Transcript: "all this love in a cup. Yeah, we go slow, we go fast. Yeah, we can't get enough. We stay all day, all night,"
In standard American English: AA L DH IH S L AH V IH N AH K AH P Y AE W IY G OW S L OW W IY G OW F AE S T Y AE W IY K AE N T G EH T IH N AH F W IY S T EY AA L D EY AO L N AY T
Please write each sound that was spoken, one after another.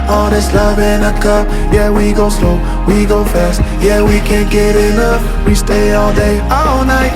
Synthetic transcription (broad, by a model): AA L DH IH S L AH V IH N AH K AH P Y AE W IY G OW S L OW W IY G OW F AE S T Y AE W IY K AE N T G EH T IH N AH F W IY S T EY AA L D EY AO L N AY T